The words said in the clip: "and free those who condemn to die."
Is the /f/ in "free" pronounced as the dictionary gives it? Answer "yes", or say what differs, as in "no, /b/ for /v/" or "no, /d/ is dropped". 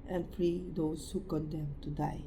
yes